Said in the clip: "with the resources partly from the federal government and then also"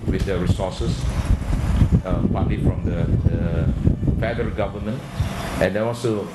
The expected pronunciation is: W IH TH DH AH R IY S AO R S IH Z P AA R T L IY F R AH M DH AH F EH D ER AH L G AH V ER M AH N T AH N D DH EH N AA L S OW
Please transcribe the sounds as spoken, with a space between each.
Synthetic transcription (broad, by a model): W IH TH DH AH R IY S AO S S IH P AA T L IY F R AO M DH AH F EH D ER AH L G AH V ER M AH N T AH N D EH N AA L S OW